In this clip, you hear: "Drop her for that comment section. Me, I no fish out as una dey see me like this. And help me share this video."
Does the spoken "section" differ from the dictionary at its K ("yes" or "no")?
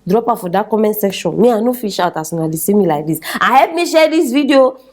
no